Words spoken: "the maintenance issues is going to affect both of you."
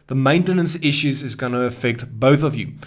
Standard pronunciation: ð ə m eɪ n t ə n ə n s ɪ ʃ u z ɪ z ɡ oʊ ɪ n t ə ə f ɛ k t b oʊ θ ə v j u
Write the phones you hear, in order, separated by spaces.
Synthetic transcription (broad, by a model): ð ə m eɪ n t ə n ə n s ɪ ʃ u z ɪ z ɡ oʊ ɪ n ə ə f ɛ k t b oʊ θ ə v j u